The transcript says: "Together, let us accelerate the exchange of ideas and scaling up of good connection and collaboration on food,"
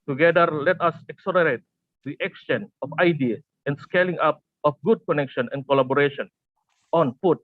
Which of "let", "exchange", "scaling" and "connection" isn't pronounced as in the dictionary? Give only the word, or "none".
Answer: exchange